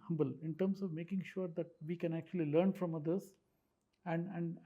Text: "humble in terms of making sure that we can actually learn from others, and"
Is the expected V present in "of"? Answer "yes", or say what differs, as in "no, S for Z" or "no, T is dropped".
yes